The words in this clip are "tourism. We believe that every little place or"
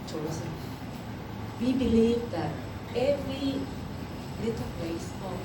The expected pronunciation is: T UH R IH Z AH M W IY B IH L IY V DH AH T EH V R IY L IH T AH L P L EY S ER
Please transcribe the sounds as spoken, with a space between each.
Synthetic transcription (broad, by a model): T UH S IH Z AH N W IY B IH L IY V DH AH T EH V R IY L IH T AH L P EY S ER